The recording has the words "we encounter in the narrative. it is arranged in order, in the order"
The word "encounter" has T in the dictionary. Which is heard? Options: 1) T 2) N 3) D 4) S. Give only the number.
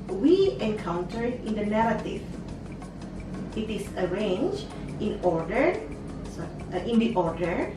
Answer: 1